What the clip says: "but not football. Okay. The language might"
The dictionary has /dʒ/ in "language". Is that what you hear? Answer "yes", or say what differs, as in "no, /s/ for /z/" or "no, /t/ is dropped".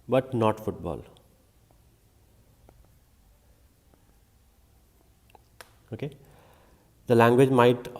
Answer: yes